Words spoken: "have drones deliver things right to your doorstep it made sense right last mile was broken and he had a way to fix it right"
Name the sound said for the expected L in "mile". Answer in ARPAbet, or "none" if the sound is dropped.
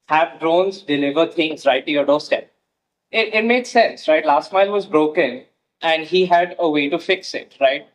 L